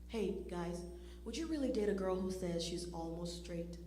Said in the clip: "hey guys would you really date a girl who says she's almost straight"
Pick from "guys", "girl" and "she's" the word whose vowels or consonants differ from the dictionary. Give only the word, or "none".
none